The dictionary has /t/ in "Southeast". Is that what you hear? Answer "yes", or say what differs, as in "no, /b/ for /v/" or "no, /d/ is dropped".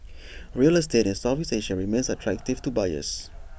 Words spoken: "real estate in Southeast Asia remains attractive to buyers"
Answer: no, /t/ is dropped